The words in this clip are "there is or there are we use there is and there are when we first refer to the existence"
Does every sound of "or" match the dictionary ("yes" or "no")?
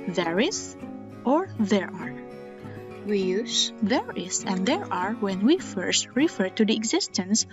yes